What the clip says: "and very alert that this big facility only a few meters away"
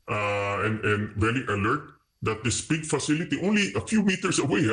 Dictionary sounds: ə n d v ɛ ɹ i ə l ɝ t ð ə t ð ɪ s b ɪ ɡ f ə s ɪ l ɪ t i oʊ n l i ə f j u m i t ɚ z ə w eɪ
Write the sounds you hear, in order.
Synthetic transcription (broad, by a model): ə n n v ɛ l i ə l ɝ t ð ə t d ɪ s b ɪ ɡ f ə s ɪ l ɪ t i oʊ n l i ə f j u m i t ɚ s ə w eɪ